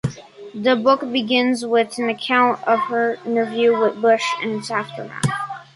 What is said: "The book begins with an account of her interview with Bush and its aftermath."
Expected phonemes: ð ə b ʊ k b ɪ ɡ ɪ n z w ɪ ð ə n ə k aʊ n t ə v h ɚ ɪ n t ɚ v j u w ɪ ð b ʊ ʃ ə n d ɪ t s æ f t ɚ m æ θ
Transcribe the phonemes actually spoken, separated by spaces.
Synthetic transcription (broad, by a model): ð ə b ʊ k b ɪ ɡ ɪ n z w ɪ ð n ə k aʊ n t ə v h ɚ ɪ n t ɚ v j u w ɪ ð b ʊ ʃ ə n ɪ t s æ f t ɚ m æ t